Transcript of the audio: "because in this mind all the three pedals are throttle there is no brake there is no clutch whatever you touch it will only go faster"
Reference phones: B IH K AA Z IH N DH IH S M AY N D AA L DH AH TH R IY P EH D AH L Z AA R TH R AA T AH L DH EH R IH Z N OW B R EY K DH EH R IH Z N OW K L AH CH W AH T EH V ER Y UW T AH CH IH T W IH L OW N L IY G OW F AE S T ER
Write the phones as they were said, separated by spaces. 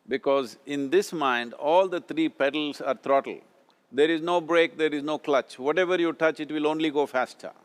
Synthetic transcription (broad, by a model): B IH K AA Z IH N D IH S M AY N D AA L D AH T R IY P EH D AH L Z AA R T R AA T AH L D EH R IH Z N OW B R EY K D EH R IH Z N OW K L AH CH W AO T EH V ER Y UW T AH CH IH T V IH L OW N L IY G OW F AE S T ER